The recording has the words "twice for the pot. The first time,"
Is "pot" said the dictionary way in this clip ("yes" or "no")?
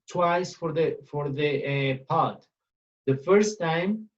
yes